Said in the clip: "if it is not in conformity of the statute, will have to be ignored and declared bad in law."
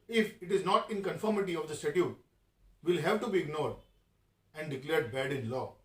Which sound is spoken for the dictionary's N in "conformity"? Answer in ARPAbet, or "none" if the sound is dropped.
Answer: N